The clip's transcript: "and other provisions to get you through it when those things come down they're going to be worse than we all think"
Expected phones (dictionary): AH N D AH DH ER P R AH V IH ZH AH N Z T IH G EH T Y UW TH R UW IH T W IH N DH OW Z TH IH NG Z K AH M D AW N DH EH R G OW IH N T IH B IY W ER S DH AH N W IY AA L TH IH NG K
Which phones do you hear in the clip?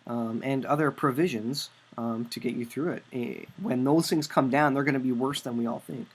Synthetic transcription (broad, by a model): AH N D AH DH ER P R AH V IH ZH AH N Z T IH G EH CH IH TH R UW IH T W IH N DH OW Z TH IH NG Z K AH M D AW N DH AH R G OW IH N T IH B IY W ER S DH AH N W IY AA L TH IH NG K